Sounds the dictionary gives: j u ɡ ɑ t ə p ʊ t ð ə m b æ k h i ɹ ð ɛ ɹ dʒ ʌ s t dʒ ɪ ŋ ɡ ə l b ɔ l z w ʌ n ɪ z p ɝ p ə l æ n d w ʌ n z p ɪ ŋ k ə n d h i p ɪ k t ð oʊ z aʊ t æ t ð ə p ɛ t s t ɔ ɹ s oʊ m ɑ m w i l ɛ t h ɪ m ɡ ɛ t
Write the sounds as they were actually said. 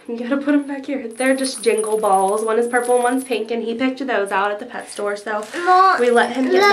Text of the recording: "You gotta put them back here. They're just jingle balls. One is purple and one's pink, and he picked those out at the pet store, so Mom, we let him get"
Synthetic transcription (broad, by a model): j ɡ ɑ t ə p ʊ t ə m b æ k h i ɹ ð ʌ ɹ dʒ ʌ s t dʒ ɪ ŋ ɡ l b ɔ l z w ʌ n ɪ z p ɝ p l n w ʌ n z p ɪ ŋ k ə n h i p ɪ k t ð oʊ z aʊ t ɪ t ð ə p ɛ t s t ɔ ɹ s oʊ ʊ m w i l ɛ t h ɪ m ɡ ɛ